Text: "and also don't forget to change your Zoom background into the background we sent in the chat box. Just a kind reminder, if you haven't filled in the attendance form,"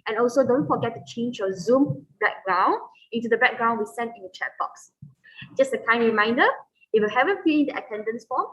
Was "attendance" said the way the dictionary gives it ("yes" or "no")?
yes